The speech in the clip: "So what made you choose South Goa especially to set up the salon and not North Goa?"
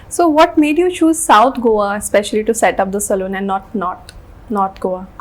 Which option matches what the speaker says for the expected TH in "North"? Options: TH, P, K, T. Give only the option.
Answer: T